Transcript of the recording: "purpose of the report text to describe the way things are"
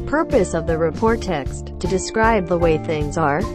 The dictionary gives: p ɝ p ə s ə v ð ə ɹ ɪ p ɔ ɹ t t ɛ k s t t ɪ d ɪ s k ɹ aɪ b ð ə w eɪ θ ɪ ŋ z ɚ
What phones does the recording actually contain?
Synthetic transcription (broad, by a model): p ɝ p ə s ə v ð ə ɹ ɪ p ɔ ɹ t t ɛ k s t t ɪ d ɪ s k ɹ aɪ b ð ə w eɪ θ ɪ ŋ z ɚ